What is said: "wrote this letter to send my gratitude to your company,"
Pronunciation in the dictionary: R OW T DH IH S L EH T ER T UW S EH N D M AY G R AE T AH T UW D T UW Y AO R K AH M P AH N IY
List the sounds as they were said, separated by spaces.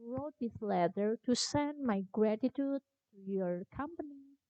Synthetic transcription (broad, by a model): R OW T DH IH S L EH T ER T UW S EH N D M AY G R AE T AH T UW D T UW Y AO R K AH M P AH N IY